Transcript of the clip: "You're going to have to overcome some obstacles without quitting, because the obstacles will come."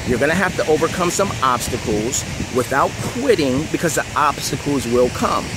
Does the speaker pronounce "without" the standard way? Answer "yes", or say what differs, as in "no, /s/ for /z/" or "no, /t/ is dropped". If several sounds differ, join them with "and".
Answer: yes